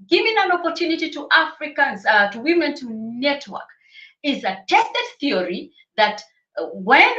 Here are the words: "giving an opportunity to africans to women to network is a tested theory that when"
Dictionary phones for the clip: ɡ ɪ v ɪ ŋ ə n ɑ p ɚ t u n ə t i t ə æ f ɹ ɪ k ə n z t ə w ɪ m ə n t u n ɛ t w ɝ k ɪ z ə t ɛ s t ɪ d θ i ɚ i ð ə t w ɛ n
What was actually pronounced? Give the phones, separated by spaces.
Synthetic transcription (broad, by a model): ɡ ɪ v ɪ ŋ ə n ɑ p ɚ t u n ə t i t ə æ f ɹ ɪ k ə n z t ə w ɪ m ə n t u n ɛ t w ɝ k ɪ z ə t ɛ s t ɪ d θ i ɚ i ð ə t w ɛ n